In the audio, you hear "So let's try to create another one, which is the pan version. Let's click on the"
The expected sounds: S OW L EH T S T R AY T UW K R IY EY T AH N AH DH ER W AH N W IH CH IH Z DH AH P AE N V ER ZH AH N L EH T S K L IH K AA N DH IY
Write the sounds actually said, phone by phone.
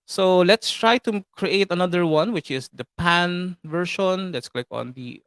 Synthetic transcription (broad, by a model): S OW L EH T S T R AY T UW K R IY EY T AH N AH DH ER W AH N W IH CH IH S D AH P AE N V ER SH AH N L EH T S K L IH K AA N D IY